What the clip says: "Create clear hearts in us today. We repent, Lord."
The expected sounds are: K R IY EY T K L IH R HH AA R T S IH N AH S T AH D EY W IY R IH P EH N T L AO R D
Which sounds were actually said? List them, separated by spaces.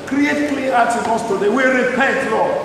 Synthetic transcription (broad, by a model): K R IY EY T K L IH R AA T IH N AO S T AH D EY W IY R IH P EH T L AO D